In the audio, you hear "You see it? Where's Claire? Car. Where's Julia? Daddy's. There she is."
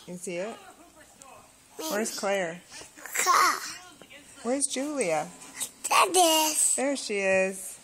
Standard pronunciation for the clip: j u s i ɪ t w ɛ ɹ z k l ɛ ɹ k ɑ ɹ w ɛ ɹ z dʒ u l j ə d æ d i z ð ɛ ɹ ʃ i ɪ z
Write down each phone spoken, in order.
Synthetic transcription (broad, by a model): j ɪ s i ɪ t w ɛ ɹ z k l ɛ ɹ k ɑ w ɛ ɹ z dʒ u l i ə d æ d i s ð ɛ ɹ ʃ i ɪ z